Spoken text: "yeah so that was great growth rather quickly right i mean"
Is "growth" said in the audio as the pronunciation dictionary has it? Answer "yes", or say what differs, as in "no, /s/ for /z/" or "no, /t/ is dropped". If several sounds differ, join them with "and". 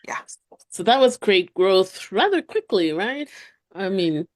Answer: yes